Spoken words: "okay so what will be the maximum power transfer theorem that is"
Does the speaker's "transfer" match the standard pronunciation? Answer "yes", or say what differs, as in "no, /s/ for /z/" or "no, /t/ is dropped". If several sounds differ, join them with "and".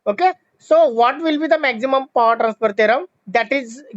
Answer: no, /p/ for /f/